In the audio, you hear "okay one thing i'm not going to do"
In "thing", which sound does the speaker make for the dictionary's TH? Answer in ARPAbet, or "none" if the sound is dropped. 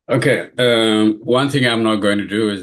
TH